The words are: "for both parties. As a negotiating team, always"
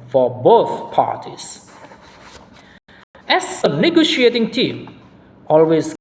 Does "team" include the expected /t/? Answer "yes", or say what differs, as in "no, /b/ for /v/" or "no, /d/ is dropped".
yes